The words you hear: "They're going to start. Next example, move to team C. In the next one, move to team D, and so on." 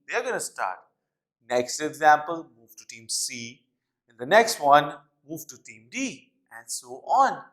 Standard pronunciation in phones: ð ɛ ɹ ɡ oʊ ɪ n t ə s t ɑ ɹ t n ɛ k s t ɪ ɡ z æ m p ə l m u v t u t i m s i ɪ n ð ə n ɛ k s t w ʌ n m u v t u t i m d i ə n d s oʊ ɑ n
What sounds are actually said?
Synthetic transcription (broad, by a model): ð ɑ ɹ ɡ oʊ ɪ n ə s t ɑ ɹ t n ɛ k s t ɪ ɡ z æ m p ə l m u v t u t i m s i ɪ n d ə n ɛ k s t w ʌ n m u v t u t i m d i ə n d s oʊ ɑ n